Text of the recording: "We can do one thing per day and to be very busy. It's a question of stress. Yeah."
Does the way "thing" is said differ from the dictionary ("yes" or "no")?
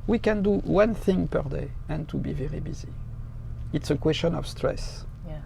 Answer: no